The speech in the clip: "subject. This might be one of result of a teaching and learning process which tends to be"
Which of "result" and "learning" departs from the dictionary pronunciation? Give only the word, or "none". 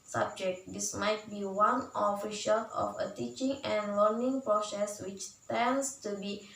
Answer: result